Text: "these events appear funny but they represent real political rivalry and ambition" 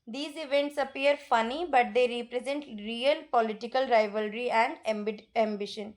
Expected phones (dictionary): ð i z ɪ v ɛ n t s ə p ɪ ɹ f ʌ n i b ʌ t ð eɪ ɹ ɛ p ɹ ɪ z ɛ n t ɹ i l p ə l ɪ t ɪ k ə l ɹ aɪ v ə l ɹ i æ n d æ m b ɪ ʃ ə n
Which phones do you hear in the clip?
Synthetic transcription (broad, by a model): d i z ɪ v ɛ n t s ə p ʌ ɹ f ʌ n i b ʌ t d eɪ ɹ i p ɹ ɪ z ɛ n t ɹ i l p ə l ɪ t ɪ k ə l ɹ aɪ v ə l ɹ i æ n d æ m b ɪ ʃ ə n